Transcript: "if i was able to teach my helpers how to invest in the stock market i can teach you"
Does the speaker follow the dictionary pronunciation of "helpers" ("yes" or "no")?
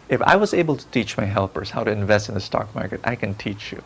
yes